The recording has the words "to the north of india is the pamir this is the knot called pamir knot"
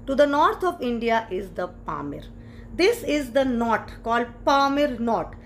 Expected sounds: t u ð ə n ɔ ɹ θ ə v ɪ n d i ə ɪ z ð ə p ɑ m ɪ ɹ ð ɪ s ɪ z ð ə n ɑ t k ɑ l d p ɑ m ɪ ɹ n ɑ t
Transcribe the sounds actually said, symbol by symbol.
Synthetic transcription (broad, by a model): t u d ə n ɔ ɹ t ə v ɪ n d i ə ɪ z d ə p ɑ m ɪ ɹ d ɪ s ɪ z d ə n ɑ t k ɑ l d p ɑ m ɪ ɹ n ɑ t